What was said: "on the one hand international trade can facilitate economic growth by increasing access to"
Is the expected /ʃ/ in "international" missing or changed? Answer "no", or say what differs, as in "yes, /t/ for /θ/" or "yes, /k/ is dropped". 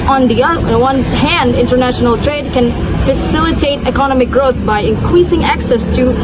no